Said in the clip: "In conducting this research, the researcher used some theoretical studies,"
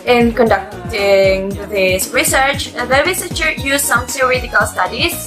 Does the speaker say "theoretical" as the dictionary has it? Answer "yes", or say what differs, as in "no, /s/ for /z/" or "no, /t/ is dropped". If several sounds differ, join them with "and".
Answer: no, /s/ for /θ/